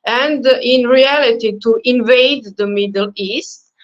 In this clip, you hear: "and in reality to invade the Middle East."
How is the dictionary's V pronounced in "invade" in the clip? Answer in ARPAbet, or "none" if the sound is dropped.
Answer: V